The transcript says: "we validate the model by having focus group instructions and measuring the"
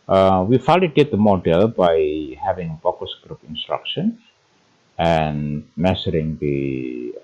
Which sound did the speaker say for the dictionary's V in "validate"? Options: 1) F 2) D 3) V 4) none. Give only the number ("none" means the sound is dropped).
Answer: 1